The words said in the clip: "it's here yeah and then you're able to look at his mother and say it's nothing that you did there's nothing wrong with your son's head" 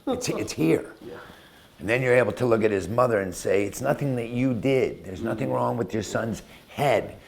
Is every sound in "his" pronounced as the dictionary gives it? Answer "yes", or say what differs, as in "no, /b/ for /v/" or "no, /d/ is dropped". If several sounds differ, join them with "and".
yes